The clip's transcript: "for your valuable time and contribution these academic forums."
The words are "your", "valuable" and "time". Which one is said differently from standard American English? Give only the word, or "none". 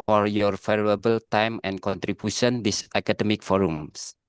valuable